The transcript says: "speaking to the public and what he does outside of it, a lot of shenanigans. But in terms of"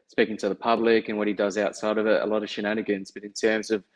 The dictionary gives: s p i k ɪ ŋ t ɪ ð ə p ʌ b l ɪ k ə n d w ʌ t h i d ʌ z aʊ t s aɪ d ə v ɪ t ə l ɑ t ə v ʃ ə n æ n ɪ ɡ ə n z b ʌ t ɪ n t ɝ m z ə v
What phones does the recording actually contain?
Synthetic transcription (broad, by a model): s p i k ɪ ŋ t ɪ ð ə p ʌ b l ɪ k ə n w ʌ t h i d ʌ z aʊ t s aɪ d ə v ɪ t ə l ɑ t ə v ʃ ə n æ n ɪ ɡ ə n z b ʌ t ɪ n t ɝ m z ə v